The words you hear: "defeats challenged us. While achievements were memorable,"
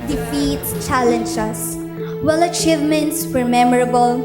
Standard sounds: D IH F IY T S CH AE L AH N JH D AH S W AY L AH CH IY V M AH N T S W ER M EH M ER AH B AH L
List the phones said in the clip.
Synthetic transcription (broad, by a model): D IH F IY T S CH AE L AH N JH AH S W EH L AH CH IY V M AH N T S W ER M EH M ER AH B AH L